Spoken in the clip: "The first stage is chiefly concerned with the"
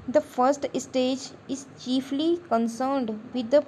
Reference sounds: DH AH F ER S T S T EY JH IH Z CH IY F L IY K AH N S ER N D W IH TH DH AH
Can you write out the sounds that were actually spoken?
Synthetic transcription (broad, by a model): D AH F ER S T S T EY JH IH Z CH IY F L IY K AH N S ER N D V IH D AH